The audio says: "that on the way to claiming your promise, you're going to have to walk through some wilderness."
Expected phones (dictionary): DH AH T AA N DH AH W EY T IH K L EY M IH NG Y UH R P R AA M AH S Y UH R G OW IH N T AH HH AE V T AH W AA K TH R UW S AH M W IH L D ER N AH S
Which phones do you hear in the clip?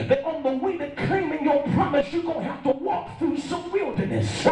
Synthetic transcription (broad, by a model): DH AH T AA N DH AH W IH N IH K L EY M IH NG Y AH R P R AA M AH S Y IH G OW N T HH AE F T AH W AA K TH R UW S AH M W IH L D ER N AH S